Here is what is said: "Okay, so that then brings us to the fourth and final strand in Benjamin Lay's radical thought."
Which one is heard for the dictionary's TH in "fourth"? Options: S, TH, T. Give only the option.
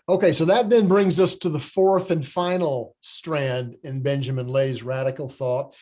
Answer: TH